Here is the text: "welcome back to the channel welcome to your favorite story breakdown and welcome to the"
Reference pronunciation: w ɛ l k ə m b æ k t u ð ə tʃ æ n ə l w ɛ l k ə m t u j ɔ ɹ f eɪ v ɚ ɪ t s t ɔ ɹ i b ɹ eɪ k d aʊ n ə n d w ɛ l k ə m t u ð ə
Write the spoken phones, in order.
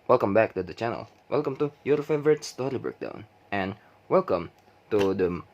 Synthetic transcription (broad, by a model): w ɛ l k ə m b æ k t u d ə tʃ æ n ə l w ɛ l k ə m t u j ɔ ɹ f eɪ v ɚ ɪ t s t ɔ ɹ i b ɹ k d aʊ n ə n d w ɛ l k ə m t u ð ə